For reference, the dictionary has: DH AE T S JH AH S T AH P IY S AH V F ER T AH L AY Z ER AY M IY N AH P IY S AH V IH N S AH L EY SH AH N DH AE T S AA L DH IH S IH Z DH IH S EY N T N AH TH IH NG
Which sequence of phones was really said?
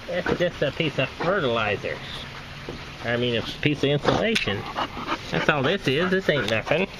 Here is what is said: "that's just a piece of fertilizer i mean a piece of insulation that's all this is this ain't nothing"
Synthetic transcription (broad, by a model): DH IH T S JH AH S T AH P IY S AH V F ER T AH L AY Z ER AY M IY N AH P IY S AH V IH N S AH L EY SH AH N DH AE T S AA L DH IH S IH Z DH IH S EY N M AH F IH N